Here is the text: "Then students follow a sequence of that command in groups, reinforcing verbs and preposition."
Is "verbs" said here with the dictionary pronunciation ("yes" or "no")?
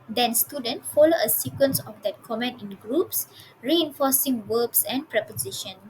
no